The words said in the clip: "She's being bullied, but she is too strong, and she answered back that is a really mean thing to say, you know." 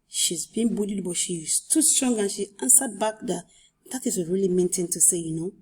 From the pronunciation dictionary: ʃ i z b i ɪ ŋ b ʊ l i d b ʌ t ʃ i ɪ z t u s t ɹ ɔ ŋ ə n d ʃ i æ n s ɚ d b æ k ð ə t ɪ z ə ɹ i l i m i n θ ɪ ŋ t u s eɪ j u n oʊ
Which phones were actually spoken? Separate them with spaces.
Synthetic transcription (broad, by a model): ʃ i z b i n b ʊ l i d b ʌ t ʃ i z t u s t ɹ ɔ ŋ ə n ʃ i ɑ n s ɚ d b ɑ k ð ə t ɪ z ə ɹ i l i m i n t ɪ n t u s eɪ j u n oʊ